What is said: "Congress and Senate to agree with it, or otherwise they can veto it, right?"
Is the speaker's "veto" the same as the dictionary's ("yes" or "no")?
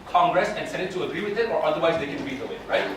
no